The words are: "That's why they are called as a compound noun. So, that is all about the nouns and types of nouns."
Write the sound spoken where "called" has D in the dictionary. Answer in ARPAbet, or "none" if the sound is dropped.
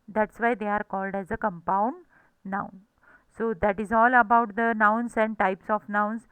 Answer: D